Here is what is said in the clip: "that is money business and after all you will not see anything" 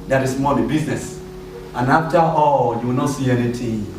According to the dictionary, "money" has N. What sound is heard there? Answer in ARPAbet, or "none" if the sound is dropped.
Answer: L